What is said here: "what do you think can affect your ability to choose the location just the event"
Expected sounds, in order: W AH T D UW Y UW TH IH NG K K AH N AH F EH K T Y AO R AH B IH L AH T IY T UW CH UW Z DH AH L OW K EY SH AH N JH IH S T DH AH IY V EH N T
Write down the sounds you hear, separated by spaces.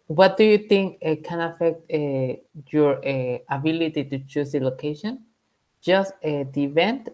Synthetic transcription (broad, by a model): W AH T D UW Y UW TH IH NG K K AH N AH F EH K T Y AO R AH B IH L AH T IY T UW CH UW S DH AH L OW K EY SH AH N JH IH S T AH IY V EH N T